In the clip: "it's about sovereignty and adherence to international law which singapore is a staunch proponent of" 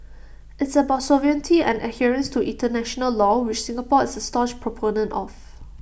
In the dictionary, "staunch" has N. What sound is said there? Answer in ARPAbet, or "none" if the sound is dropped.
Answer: none